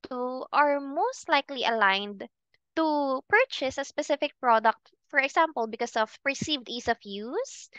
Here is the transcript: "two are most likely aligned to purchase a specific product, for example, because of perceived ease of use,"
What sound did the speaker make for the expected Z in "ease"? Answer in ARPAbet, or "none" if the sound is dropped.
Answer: S